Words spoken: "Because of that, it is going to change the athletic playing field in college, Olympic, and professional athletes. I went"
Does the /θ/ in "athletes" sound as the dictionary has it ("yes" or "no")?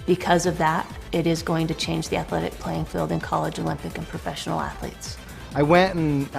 yes